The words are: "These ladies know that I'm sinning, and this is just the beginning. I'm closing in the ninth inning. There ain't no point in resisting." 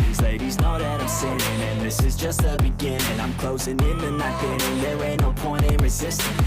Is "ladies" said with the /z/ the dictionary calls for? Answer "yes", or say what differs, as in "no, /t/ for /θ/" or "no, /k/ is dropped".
yes